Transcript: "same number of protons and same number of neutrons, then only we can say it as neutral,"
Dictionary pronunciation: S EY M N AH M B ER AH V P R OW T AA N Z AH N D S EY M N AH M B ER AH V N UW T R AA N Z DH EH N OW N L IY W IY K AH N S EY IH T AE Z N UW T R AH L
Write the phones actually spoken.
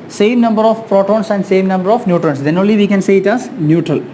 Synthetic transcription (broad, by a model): S EY M N AH M B ER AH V P R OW T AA N S AH N D S EY M N AH M B ER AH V N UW T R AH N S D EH N OW N L IY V IY K AH N S EY IH T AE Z N UW T R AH L